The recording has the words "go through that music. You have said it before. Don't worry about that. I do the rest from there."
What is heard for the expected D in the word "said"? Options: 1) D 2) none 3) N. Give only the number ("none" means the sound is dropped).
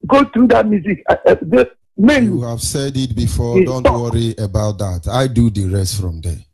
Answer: 1